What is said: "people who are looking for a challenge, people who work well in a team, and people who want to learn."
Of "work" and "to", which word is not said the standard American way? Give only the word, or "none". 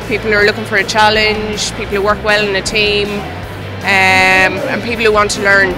none